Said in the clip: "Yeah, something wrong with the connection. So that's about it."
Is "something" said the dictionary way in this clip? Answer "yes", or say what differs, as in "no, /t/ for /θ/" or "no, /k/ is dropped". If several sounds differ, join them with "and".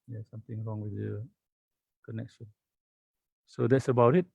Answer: no, /t/ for /θ/